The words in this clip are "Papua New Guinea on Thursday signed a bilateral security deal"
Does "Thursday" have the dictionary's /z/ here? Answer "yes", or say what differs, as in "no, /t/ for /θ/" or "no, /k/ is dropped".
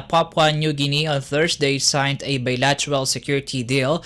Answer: no, /s/ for /z/